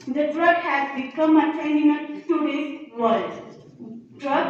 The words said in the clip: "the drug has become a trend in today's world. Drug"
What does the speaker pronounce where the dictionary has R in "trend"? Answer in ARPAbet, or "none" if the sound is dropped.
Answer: none